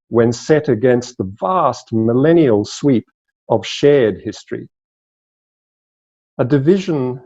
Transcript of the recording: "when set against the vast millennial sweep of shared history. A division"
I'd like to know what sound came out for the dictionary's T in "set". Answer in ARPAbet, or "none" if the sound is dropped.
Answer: T